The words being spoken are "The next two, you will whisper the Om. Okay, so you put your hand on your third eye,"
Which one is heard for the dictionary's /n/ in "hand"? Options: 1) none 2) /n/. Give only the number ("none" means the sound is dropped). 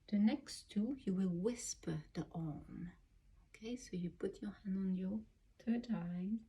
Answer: 2